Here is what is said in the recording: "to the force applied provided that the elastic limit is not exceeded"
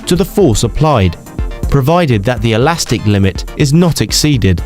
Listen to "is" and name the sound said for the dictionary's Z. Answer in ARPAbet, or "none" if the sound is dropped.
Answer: Z